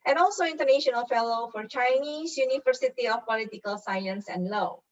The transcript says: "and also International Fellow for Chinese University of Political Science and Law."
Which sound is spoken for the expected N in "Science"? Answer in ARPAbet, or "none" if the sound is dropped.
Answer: N